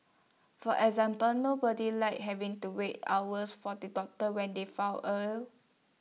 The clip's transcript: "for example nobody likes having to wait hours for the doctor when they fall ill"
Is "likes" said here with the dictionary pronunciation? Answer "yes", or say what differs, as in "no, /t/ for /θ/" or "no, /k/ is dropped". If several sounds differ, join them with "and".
no, /s/ is dropped